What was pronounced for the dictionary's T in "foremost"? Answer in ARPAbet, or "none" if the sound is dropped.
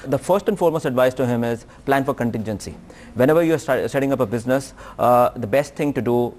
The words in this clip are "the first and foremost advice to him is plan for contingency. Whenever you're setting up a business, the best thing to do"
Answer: none